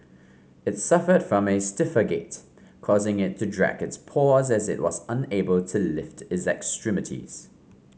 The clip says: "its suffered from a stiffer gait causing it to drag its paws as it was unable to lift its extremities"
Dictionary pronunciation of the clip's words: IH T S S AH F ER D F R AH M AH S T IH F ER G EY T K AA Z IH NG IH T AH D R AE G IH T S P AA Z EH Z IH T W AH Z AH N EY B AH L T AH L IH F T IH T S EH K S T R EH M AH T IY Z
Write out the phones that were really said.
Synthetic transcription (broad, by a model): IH T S S AH F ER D F R AH M AH S T IH F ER G EY T K AA Z IH NG IH T AH D R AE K IH T S P AA Z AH Z IH T W AH Z AH N EY B AH L T AH L IH F T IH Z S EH K S T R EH M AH T IY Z